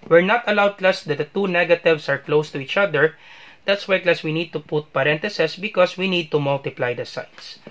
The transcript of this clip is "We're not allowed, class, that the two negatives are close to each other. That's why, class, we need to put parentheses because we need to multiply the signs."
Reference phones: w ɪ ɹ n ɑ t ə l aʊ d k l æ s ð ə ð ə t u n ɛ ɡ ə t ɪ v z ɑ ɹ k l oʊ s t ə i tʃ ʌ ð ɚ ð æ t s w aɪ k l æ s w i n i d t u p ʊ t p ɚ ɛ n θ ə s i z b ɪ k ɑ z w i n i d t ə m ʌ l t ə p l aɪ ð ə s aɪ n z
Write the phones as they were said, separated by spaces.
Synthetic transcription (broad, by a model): w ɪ ɹ n ɑ t ə l aʊ d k l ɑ s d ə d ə t u n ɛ ɡ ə t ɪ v s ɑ ɹ k l oʊ s t ə i tʃ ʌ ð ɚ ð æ t s w aɪ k l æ s w i n i d t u p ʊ t p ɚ ɛ n t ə s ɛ s b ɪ k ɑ s w i n i d t ə m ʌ l t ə p l aɪ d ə s aɪ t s